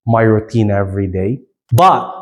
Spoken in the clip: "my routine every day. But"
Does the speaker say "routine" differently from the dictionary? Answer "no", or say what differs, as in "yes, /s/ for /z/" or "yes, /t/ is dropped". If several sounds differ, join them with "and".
no